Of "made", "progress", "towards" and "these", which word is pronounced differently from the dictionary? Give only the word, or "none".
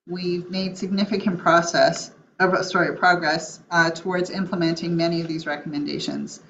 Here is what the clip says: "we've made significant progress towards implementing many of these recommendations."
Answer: none